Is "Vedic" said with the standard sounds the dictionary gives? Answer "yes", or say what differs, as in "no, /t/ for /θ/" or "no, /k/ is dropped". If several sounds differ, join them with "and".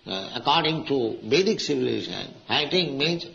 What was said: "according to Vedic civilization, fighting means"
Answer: no, /b/ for /v/